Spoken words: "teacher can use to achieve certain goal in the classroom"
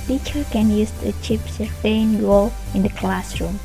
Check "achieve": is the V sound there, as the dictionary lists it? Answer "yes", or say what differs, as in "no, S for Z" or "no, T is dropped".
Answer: no, P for V